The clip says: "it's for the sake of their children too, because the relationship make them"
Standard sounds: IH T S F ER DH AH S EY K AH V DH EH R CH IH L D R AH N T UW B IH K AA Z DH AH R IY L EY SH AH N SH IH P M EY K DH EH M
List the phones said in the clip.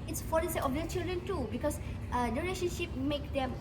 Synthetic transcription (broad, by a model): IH T S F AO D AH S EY AH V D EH CH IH L D R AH N T UW B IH K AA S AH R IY L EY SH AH N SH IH P M EY K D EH M